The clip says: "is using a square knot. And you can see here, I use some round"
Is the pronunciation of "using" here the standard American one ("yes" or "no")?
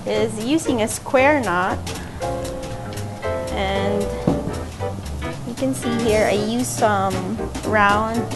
yes